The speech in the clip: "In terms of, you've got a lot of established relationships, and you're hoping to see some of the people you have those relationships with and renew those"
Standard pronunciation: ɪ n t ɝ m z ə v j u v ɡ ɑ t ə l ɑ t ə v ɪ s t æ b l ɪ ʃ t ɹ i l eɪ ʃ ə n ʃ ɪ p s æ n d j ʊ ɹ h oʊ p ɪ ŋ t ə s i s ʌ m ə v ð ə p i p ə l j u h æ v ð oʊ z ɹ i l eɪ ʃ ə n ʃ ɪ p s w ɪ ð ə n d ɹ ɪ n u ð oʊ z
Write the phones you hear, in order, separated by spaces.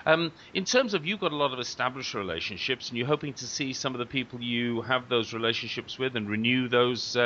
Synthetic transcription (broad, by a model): ɪ n t ɝ m z ə v j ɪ v ɡ ɑ t ə l ɑ t ə v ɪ s t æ b l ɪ ʃ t ɹ i l eɪ ʃ ə n ʃ ɪ p s n j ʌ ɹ h oʊ p ɪ ŋ t ə s i s ʌ m ə v ð ə p i p ə l j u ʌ v ð oʊ z ɹ i l eɪ ʃ ə n ʃ ɪ p s w ɪ ð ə n ɹ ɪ n u ð oʊ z